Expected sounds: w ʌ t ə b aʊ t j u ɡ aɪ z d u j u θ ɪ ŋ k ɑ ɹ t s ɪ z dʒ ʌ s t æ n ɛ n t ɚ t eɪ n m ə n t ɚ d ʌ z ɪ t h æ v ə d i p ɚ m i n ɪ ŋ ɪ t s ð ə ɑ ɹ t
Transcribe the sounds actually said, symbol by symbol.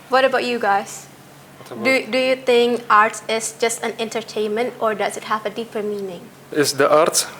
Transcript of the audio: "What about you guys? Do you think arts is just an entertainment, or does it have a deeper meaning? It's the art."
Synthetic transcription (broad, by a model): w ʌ t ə b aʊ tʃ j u ɡ aɪ z d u j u θ ɪ ŋ k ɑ ɹ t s ɪ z dʒ ʌ s t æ n ɛ n t ɚ t eɪ n m ə n t ɚ d ʌ z ɪ t h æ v ə d i p ɚ m i n ɪ ŋ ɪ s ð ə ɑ ɹ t